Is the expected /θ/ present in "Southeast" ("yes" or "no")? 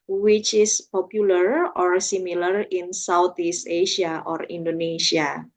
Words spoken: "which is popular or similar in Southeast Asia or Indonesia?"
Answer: no